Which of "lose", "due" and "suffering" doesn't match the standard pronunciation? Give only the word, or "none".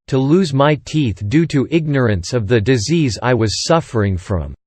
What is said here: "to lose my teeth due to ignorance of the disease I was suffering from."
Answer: none